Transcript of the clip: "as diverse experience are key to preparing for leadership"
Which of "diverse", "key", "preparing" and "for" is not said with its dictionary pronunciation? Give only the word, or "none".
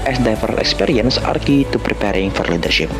diverse